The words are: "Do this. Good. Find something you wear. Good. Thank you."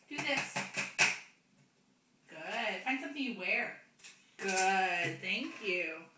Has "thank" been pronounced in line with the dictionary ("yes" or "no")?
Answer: yes